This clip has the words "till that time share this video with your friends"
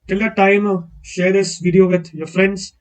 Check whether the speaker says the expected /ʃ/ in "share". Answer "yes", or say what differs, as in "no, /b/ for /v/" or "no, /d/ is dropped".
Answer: yes